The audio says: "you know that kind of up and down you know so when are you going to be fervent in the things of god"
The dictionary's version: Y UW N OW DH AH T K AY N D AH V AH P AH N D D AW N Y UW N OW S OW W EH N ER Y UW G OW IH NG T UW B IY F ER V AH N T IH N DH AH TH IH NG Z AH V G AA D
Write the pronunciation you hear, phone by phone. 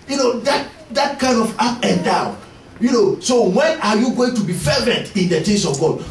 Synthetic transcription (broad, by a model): Y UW N OW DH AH T K AY N D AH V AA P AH N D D AW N Y UW N OW S OW W EH N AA Y UW G OW IH NG T UW B IY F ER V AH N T IH N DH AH T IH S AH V G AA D